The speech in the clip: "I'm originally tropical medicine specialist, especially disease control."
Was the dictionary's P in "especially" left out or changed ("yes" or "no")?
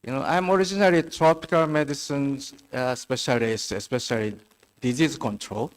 no